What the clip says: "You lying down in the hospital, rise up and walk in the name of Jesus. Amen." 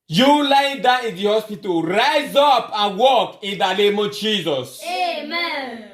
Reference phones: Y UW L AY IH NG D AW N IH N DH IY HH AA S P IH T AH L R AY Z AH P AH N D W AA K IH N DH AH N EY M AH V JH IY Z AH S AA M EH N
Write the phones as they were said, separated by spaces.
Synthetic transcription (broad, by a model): Y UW L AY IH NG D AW IH N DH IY HH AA S P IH T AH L R AY Z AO P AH N W AA K IH N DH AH N EY M AH V JH IY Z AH S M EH